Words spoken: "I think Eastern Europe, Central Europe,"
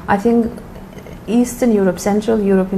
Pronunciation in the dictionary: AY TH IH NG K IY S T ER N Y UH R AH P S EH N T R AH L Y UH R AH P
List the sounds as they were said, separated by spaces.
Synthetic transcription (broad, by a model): AY TH IH NG K IY S T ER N Y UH R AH P S EH N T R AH L Y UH R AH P